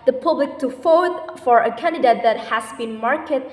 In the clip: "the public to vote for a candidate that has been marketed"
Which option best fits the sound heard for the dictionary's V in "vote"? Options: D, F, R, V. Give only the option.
F